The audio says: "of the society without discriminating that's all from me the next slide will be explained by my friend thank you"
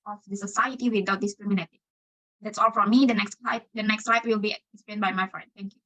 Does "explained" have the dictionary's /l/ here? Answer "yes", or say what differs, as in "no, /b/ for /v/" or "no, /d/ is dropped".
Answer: no, /l/ is dropped